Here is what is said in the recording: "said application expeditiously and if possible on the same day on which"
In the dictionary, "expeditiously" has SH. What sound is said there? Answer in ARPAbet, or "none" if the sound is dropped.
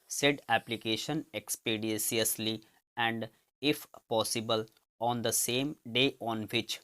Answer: S